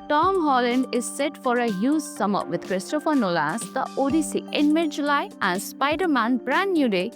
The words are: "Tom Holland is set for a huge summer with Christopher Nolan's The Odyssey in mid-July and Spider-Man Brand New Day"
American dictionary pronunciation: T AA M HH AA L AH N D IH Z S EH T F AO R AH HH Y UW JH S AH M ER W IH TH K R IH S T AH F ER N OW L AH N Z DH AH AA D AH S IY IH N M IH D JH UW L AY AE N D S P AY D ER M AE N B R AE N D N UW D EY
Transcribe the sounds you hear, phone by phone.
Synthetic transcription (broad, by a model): T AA M HH AA L AH N D IH Z S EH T F AO R AH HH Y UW Z S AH M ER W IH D K R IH S T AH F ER N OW L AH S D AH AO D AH S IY IH N M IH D JH UW L AY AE N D S P AY D ER M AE N B R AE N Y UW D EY